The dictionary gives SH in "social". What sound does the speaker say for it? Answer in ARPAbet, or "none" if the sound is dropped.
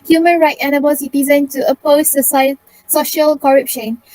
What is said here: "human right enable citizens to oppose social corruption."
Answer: SH